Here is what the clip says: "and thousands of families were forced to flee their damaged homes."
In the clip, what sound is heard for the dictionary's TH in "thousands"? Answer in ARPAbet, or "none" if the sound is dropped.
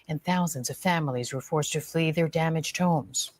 TH